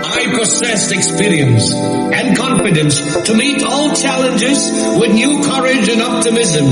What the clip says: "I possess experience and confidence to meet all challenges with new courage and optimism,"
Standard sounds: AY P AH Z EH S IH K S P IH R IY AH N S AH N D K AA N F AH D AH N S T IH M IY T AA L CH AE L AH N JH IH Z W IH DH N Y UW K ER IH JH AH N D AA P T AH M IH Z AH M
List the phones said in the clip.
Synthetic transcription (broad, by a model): AY P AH S EH S IH K S P IH R IY AH N S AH N K AA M F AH D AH N S T IH M IY T AA L CH AE L AH N JH IH Z W IH DH N Y UW K ER IH JH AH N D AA P T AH M IH Z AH M